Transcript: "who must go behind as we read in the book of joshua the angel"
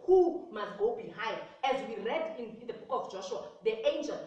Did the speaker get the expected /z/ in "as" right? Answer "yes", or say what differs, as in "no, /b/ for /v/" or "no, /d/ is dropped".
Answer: yes